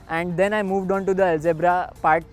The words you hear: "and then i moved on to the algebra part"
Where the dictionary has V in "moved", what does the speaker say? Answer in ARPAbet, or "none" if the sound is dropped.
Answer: V